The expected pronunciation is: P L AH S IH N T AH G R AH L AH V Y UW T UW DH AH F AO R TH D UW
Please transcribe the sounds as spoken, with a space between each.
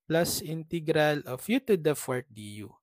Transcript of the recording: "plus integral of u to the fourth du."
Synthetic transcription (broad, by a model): P L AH S IH N T AH G R AH L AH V Y UW T UW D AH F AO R T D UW